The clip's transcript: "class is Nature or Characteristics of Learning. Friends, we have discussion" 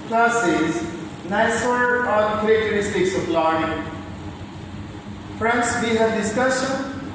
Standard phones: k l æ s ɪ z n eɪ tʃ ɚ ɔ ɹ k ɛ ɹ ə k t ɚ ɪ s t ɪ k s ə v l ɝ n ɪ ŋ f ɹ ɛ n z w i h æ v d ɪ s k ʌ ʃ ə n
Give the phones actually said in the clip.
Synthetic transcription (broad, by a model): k l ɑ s ɪ z n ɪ s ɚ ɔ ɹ k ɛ ɹ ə k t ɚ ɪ s t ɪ k s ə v l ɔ ɪ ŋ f ɹ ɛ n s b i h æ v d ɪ s k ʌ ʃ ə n